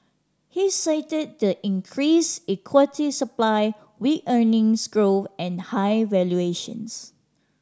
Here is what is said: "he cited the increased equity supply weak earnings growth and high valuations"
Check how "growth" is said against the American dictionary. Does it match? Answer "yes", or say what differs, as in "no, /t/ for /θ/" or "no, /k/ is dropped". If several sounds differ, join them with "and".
no, /f/ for /θ/